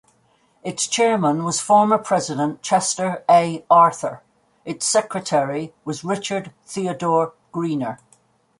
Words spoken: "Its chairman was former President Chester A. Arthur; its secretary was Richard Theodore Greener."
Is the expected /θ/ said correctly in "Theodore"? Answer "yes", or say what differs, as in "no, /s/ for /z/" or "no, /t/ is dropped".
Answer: yes